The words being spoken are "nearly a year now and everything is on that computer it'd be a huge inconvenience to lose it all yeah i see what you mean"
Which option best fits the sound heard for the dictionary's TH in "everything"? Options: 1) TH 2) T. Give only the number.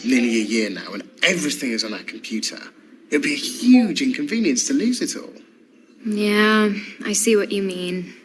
1